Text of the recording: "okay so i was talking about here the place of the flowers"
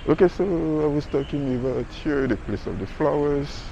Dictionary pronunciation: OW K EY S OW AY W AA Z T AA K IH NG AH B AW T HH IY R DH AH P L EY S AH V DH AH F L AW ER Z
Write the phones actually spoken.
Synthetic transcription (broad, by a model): OW K EY S OW AY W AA S T AA K IH NG AH B AW T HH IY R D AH P L EY S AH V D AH F L AW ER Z